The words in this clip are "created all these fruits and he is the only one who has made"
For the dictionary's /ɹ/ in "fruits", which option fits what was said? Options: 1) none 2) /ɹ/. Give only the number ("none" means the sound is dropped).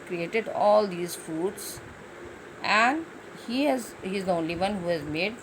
1